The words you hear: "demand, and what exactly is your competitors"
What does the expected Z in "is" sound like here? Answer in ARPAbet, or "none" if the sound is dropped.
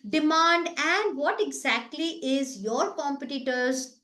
Z